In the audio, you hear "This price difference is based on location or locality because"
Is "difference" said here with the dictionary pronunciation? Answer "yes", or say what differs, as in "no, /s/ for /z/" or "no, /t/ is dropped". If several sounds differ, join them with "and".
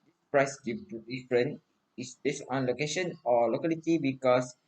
no, /s/ is dropped